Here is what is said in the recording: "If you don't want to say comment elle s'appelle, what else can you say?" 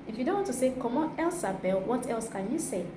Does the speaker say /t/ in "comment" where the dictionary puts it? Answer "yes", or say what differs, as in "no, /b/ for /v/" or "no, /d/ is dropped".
no, /t/ is dropped